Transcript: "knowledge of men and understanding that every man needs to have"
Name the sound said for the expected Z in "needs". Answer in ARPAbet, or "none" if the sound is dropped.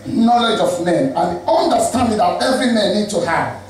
none